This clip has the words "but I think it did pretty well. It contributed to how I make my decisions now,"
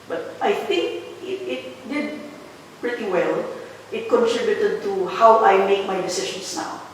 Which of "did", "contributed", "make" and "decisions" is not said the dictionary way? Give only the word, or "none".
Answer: decisions